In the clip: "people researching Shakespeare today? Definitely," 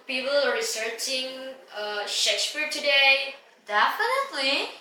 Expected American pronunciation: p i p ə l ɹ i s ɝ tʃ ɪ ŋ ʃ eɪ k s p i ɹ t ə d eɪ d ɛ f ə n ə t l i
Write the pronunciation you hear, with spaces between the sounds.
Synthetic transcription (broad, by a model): p i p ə l ɹ i s ɝ tʃ ɪ ŋ ʃ eɪ k s p i ɹ t ə d eɪ d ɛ f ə n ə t l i